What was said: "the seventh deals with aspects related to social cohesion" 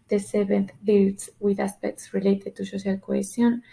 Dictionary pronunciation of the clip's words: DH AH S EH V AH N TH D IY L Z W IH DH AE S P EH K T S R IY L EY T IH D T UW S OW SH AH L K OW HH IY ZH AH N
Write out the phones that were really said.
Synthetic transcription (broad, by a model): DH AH S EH B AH N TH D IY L S W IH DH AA S P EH K T S R IY L EY T IH D T UW S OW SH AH L K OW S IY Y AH N